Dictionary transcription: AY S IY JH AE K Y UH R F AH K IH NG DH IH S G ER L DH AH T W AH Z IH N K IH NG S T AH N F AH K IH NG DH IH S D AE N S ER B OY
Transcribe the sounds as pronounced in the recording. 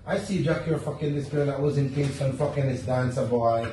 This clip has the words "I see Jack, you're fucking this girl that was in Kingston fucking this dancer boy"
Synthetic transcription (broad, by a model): AY S IY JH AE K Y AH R F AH K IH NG DH IH S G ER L DH AH T W AH Z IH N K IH S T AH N F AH K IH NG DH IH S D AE N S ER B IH